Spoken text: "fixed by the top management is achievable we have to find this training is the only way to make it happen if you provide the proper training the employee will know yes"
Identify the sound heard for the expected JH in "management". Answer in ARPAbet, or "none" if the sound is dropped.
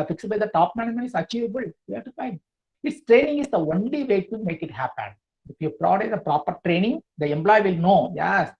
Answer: none